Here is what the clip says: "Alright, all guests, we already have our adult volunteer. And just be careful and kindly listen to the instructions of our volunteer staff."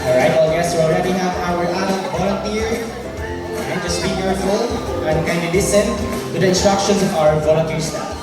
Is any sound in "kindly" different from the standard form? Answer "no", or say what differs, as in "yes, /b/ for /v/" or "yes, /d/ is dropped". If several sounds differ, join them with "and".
yes, /l/ is dropped